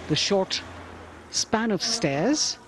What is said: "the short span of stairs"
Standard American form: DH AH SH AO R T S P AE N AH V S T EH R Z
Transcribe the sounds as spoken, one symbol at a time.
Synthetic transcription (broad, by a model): DH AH SH AO R T S P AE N AH V S T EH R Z